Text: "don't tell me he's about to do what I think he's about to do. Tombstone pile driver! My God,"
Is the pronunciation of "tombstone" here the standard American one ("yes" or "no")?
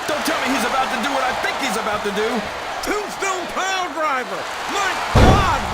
no